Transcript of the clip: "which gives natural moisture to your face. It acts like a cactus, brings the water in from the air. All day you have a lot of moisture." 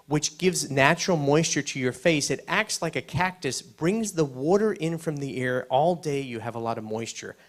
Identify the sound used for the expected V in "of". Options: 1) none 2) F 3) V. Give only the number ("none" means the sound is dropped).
3